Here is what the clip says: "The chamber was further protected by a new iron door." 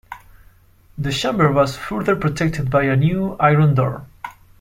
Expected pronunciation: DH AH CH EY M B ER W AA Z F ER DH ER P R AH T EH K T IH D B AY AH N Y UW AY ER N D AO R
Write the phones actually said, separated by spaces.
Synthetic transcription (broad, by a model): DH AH SH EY M B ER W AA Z F ER DH ER P R AH T EH K T IH D B AY AH N Y UW AY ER N D AO R